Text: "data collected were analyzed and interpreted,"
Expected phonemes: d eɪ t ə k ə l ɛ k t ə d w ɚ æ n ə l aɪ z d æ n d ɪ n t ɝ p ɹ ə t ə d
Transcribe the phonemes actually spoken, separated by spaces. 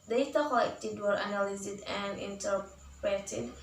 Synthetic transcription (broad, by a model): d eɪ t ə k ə ɪ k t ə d w ɚ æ n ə l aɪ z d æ n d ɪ n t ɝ p ɹ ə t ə d